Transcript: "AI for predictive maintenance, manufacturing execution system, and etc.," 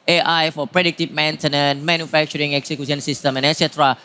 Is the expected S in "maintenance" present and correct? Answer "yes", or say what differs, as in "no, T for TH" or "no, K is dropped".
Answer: no, S is dropped